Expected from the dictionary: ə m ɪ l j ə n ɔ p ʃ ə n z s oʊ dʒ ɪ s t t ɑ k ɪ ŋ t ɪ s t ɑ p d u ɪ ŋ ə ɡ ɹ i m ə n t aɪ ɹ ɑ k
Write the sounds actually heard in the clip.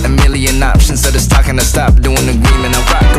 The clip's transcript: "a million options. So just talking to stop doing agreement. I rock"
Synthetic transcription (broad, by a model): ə m ɪ l j ə n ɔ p ʃ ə n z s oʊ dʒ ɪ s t t ɑ k ɪ ŋ t ɪ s t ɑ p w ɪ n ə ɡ ɹ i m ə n aɪ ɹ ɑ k